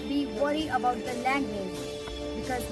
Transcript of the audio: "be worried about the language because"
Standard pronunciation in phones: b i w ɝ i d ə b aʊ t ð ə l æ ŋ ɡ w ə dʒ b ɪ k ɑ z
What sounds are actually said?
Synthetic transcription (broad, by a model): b i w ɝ i ə b aʊ t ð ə l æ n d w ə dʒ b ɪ k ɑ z